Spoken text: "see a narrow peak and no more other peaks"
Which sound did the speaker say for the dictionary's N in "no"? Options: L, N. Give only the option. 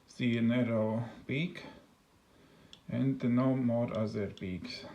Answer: N